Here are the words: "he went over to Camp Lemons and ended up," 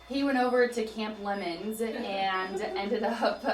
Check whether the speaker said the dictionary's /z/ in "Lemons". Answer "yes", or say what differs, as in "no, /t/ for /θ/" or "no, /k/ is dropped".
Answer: yes